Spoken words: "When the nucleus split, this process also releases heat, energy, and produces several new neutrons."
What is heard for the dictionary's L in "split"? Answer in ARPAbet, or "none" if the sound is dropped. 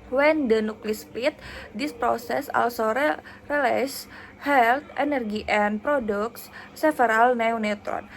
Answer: none